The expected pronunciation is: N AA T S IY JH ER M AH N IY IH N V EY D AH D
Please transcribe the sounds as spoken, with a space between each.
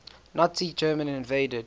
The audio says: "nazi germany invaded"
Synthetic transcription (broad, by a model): N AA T IY JH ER M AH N IH N V EY D AH D